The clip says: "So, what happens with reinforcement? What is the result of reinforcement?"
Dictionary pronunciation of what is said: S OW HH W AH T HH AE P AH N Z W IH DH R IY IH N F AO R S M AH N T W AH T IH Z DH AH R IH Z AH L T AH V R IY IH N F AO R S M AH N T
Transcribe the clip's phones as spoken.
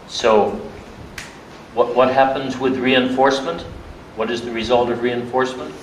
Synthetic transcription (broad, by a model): S OW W W AH T HH AE P AH N Z W IH DH R IY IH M F AO R S M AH N T W AH T IH Z DH AH R IH Z AH L T AH V R IY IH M F AO R S M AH N T